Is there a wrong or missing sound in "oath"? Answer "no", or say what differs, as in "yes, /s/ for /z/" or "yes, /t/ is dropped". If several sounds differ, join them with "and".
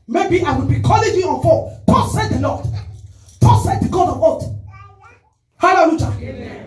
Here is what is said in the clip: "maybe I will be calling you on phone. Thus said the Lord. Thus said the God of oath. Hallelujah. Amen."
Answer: yes, /t/ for /θ/